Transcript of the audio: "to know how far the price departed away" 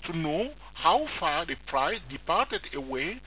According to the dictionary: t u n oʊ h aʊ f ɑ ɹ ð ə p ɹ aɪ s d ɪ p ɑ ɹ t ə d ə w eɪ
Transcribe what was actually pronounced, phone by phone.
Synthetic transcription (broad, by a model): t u n oʊ h aʊ f ɑ ɹ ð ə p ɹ aɪ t d ɪ p ɑ ɹ t ə d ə w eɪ